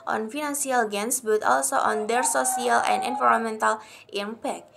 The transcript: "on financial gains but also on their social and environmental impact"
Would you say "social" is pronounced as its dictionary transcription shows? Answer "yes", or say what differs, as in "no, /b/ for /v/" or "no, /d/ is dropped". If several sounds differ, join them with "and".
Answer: no, /s/ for /ʃ/